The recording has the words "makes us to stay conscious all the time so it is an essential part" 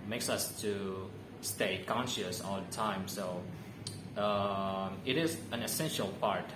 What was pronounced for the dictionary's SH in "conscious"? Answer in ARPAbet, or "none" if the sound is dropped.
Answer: SH